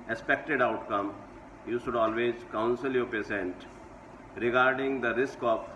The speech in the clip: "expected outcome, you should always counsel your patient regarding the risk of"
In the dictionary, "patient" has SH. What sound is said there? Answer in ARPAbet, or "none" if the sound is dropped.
S